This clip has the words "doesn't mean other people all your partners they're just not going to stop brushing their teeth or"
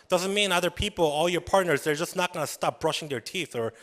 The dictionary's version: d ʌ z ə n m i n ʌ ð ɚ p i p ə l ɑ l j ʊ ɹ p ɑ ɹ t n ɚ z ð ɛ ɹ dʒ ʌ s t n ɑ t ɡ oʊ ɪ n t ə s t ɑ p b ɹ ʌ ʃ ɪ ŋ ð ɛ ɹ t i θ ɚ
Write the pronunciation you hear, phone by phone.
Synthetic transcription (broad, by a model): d ʌ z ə n m i n ʌ ð ɚ p i p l ɑ l j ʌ ɹ p ɑ ɹ t n ɚ z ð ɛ ɹ dʒ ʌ s n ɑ t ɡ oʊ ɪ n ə s t ɑ p b ɹ ʌ ʃ ɪ ŋ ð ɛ ɹ t i θ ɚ